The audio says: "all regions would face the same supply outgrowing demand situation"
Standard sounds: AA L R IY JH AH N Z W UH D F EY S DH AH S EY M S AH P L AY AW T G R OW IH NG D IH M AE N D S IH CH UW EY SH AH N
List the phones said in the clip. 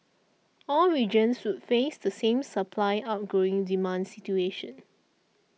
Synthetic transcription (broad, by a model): AA L R IY JH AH N S W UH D F EY S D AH S EY M S AH P L AY AW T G OW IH NG D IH M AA N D S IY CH UW EY SH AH N